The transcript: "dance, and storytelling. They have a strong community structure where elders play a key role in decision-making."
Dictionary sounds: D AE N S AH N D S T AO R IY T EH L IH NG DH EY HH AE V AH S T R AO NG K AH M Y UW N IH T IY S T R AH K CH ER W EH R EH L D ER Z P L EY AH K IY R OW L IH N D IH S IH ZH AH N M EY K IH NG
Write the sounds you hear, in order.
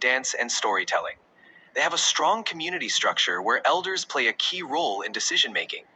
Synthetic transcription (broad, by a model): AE N S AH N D S T AO R IY T EH L IH NG DH EY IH V AH S T R AO NG K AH M Y UW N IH T IY S T R AH K CH ER W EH R EH L D ER Z P L EY AH K IY R OW L IH N D IH S IH ZH AH N M EY K IH NG